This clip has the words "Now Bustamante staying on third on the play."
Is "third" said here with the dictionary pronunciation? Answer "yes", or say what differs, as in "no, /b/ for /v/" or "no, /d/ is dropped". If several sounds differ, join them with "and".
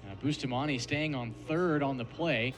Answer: yes